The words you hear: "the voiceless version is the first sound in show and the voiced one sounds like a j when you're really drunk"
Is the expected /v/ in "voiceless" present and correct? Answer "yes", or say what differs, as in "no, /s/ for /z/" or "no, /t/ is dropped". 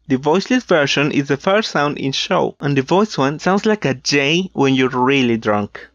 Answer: yes